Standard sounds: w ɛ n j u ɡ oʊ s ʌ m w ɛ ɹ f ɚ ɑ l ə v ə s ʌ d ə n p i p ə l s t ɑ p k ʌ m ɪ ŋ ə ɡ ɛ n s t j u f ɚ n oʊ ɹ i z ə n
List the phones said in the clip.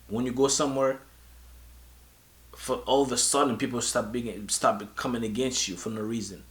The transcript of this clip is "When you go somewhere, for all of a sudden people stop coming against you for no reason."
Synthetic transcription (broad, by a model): w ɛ n j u ɡ oʊ s ʌ m w ɛ ɹ f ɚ ɑ l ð ə s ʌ d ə n p i p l s t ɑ b k ʌ m ɪ ŋ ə ɡ ɛ n s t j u f ɚ n oʊ ɹ i z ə n